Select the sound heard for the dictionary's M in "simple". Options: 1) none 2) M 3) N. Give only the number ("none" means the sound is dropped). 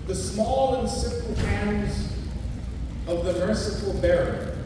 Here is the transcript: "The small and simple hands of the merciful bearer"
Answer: 1